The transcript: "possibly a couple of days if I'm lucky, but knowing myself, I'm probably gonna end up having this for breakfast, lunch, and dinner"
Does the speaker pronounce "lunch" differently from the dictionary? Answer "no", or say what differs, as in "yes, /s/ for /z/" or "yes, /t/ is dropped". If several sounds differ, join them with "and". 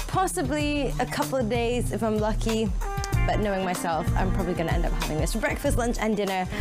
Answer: no